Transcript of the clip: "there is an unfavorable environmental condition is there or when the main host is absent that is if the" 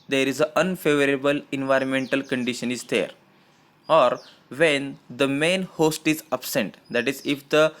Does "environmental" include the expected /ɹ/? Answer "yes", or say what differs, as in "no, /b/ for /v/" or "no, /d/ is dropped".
yes